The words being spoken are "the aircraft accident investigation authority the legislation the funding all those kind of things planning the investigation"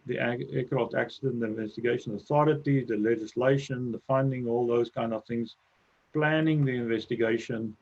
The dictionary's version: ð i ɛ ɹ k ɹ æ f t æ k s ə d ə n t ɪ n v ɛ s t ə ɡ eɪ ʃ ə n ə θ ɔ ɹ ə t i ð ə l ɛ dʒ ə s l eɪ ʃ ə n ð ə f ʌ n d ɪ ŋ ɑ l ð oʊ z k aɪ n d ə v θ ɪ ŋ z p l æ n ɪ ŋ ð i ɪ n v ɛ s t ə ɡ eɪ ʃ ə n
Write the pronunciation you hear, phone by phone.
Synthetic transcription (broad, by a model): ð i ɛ k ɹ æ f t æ k s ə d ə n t ɪ n v ɛ s t ə ɡ eɪ ʃ ə n ə θ ɔ ɹ ə t i ð ə l ɛ dʒ ə s l eɪ ʃ ə n ð ə f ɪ n d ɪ ŋ ɑ l ð oʊ z k aɪ n d ə v θ ɪ ŋ z p l æ n ɪ ŋ ð i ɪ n v ɛ s t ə ɡ eɪ ʃ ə n